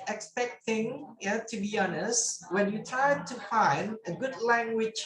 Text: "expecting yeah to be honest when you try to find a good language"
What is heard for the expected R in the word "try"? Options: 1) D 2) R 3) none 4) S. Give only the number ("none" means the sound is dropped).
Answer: 3